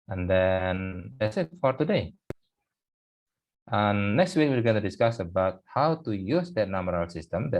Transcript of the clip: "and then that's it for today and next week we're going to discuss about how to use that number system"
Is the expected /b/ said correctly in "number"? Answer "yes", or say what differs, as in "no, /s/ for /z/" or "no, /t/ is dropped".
no, /b/ is dropped